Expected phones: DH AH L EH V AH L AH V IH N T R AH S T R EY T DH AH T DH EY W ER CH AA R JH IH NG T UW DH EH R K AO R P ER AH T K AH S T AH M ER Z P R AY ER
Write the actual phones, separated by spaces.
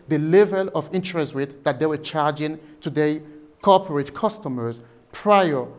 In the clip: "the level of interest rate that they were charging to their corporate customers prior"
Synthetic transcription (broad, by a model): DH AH L EH V AH L AH V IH N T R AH S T W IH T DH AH T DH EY W ER CH AA R JH IH NG T UW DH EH K AO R P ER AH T K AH S T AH M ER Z P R AY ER